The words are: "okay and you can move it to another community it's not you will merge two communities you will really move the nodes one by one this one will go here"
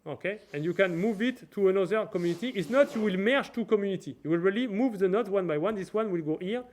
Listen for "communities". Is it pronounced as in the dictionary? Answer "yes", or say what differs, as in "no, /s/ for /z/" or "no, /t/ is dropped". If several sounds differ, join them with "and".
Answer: no, /z/ is dropped